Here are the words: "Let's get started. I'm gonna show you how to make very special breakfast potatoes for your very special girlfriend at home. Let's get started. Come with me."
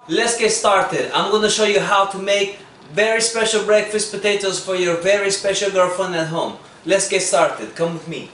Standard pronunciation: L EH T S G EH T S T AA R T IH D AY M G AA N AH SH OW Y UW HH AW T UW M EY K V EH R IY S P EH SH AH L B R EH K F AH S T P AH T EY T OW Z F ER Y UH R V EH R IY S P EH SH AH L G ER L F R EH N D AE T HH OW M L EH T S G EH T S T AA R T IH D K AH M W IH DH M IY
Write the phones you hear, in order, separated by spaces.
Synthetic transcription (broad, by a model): L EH T S G EH T S T AA R T IH D AY M G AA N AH SH OW Y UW HH AW T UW M EY K V EH R IY S P EH SH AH L B R EH K F AH S T P AH T EY T OW Z F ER Y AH R V EH R IY S P EH SH AH L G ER F AH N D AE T HH OW M L EH T S G EH T S T AA R T IH D K AH M W IH DH M IY